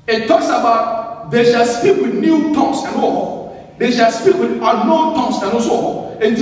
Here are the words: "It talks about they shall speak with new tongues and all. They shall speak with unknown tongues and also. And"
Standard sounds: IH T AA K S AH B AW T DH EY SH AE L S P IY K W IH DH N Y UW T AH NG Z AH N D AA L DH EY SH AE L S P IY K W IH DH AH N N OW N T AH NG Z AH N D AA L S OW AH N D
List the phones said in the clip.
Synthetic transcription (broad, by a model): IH T AA K S AH B AW T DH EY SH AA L S P IY K W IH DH N Y UW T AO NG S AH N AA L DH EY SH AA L S P IY K W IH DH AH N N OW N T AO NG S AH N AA S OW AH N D